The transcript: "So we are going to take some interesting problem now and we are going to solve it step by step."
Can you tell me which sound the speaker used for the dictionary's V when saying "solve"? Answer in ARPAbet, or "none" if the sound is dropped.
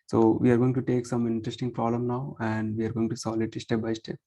none